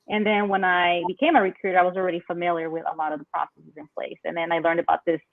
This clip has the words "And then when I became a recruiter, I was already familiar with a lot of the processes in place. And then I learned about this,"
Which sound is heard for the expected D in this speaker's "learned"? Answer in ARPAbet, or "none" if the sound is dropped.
D